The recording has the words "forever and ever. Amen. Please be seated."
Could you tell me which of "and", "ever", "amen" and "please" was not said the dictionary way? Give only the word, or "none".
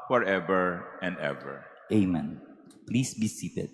please